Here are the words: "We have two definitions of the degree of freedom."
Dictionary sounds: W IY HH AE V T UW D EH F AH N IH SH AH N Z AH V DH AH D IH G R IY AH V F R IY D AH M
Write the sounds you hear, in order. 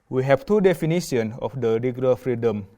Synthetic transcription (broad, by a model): W IY HH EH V T UW D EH F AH N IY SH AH N AH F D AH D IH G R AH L F R IY D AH M